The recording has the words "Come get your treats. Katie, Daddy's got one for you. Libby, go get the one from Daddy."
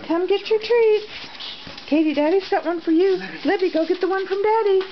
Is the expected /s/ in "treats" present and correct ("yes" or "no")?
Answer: no